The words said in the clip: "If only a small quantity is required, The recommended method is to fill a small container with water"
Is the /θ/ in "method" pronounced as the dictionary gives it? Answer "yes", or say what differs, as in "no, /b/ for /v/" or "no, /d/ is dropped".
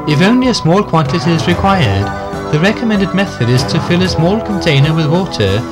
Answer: yes